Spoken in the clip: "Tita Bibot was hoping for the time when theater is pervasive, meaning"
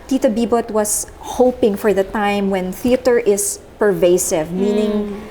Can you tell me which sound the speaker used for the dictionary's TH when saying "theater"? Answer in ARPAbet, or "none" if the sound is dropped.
TH